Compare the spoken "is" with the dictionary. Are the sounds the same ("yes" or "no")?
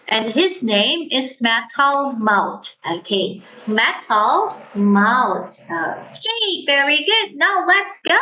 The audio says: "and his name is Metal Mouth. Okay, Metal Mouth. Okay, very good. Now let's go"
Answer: yes